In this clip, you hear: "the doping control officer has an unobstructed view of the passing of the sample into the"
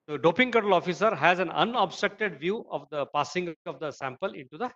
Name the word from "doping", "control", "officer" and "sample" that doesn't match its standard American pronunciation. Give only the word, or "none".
control